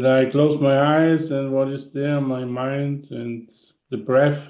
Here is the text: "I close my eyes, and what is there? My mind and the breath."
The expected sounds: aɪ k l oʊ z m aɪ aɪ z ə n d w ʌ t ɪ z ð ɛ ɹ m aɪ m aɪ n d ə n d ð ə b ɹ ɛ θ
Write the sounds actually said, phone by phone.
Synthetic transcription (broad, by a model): aɪ k l oʊ z m aɪ aɪ z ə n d w ʌ t ɪ z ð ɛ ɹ m aɪ m aɪ n d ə n ð ə b ɹ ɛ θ